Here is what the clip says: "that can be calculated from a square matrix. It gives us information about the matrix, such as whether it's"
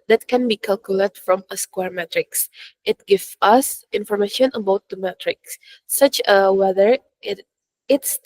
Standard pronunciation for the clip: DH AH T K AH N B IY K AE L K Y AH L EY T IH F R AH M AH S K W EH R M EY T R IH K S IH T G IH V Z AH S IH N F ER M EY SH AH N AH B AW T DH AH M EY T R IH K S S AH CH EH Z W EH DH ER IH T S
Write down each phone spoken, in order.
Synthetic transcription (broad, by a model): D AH T K AH N B IY K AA L K Y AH L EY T F R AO M AH S K W EH R M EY T R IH K S IH T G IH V AH S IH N F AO M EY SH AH N AH B AW T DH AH M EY T R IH K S S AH CH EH W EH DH ER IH T S